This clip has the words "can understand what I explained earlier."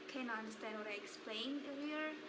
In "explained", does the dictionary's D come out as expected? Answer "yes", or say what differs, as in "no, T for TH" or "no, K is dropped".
no, D is dropped